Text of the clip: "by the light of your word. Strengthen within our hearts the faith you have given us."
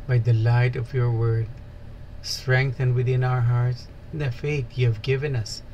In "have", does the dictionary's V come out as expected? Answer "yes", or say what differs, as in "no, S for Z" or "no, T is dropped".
yes